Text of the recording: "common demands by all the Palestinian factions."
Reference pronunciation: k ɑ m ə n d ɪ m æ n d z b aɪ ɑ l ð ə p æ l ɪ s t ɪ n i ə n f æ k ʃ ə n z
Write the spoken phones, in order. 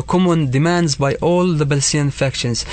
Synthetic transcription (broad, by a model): k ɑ m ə n d ɪ m æ n d z b aɪ ɑ l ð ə b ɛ l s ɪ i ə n f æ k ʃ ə n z